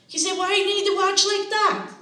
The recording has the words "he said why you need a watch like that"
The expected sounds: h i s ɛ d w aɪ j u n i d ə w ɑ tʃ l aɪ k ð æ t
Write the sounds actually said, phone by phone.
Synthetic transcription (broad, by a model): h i s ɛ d w aɪ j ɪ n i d ə w ɑ tʃ l aɪ k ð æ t